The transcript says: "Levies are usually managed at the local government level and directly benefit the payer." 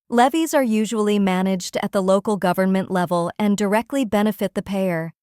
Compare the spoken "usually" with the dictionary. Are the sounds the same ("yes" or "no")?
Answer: yes